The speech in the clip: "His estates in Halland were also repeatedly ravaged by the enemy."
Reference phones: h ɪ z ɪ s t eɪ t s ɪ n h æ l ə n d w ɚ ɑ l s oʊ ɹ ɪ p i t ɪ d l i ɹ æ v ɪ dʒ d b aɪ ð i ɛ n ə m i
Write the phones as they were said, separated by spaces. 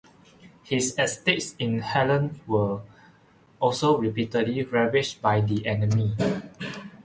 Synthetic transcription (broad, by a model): h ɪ s ɪ s t eɪ t s ɪ n h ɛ l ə n w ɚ ɑ l s oʊ ɹ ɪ p i t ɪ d l i ɹ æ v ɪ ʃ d b aɪ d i ɛ n ə m i